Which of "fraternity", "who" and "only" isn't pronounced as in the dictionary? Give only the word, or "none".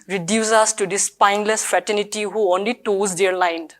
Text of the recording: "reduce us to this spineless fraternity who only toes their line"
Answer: fraternity